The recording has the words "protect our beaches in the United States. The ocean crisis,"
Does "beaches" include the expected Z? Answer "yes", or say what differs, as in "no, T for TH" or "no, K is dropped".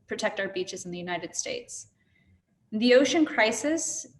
yes